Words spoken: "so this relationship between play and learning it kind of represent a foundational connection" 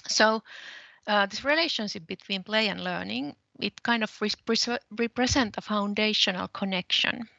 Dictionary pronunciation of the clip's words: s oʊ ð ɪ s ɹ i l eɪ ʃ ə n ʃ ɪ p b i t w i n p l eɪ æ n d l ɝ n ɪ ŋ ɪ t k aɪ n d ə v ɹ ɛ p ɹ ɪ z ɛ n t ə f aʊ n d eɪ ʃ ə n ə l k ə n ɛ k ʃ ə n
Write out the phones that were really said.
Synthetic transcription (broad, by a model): s oʊ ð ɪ s ɹ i l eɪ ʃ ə n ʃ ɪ p b i t w i n p l eɪ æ n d l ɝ n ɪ ŋ ɪ t k aɪ n d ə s ɹ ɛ p ɹ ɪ s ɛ n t ə f aʊ n d eɪ ʃ ə n ə l k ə n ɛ k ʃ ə n